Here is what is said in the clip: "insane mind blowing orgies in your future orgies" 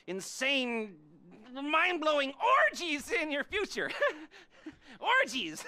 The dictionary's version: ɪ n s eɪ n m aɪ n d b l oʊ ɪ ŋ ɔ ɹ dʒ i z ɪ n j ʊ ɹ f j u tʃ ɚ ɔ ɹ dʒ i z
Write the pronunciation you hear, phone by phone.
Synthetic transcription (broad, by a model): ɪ n s eɪ n m aɪ n b l oʊ ɪ ŋ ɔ ɹ dʒ i z ɪ n j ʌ ɹ f j u tʃ ɚ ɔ ɹ dʒ i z